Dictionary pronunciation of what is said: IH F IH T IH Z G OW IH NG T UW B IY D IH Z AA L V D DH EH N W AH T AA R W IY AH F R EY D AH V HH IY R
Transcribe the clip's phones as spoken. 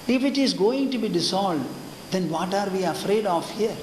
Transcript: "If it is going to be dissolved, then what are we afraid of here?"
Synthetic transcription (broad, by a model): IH F IH T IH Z G OW IH NG T UW B IY D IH S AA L D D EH N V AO T AA R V IY AH F R EY D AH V HH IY R